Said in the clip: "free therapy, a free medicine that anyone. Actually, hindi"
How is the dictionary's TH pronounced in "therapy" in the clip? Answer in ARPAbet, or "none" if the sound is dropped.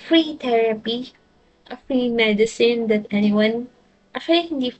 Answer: T